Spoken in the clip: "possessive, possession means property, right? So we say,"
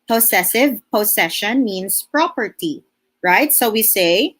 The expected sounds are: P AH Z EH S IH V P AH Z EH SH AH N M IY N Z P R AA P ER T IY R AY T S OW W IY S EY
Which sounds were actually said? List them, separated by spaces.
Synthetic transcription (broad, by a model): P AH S EH S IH V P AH S EH SH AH N M IY N S P R AA P ER T IY R AY T S OW W IY S EY